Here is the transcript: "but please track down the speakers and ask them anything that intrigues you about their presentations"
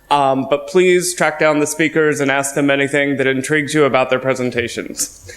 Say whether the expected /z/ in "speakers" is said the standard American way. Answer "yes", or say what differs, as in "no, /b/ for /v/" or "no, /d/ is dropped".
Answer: yes